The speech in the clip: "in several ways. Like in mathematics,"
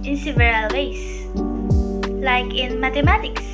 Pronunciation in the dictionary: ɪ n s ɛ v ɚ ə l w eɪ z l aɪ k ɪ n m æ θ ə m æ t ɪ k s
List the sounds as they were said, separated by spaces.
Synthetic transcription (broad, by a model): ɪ n s ɛ v ɚ ə l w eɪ s l aɪ k ɪ n m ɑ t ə m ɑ t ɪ k s